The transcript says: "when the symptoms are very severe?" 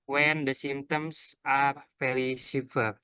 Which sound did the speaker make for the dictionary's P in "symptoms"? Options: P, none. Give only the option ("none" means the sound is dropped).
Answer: none